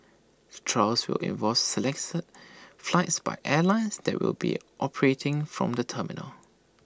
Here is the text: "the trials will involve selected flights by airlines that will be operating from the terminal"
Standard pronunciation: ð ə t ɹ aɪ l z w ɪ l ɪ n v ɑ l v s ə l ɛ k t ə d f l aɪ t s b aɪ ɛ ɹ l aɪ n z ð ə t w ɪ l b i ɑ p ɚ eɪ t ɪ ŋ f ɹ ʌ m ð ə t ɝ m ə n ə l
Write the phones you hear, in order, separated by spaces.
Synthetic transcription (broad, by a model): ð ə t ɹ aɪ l s w ɪ l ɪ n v ɑ v s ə l ɛ k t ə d f l aɪ t s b aɪ ɛ l aɪ n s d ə t w ɪ l b i ɑ p ɚ eɪ t ɪ ŋ f ɹ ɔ m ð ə t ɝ m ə n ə l